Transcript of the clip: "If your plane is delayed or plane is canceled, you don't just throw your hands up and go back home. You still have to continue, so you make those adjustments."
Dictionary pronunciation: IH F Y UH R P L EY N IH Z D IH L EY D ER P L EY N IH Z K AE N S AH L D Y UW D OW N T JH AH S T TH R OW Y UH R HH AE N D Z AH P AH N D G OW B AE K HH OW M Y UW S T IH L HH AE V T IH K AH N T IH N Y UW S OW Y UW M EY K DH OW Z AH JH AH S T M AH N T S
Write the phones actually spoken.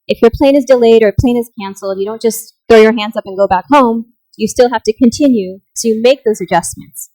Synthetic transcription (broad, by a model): IH F Y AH R P L EY N IH Z D IH L EY D ER P L EY N IH Z K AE N S L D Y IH D OW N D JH AH S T TH R OW Y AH R HH AE N D Z AH P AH N G OW B AE K HH OW M Y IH S T IH L HH AE F T IH K AH N T IH N Y UW S OW Y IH M EY K DH OW Z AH JH AH S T M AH N T S